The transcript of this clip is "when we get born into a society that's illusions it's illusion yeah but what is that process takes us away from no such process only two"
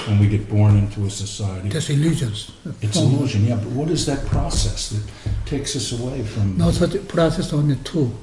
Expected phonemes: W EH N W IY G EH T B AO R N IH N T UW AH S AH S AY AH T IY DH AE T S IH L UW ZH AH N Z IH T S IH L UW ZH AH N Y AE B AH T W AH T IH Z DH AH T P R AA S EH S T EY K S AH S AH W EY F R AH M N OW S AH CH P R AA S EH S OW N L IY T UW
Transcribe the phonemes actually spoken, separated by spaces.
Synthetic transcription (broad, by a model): W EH N W IY G EH T B AO R N IH N T UW AH S AH S AY AH T IY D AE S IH L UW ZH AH N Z IH T S IH L UW ZH AH N Y AE B AH T W AH T IH Z DH AH T P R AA S EH S T EY K S AH S AH W EY F R AH M N OW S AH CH P R AA S EH S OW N IY T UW